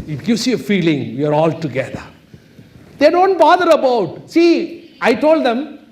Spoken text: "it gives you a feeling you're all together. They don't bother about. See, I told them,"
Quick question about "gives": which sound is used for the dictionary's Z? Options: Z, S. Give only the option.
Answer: S